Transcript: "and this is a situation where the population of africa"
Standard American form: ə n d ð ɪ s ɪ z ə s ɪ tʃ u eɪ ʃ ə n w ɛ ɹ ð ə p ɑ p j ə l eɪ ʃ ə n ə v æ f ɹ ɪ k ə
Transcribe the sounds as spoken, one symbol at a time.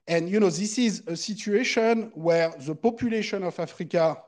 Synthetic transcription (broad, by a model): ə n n ð ɪ s ɪ z ə s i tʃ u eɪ ʃ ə n w ɛ ɹ ð ə p ɑ p j ə l eɪ ʃ ə n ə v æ f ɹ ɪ k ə